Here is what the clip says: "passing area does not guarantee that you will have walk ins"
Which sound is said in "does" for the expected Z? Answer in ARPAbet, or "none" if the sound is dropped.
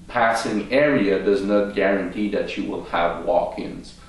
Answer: Z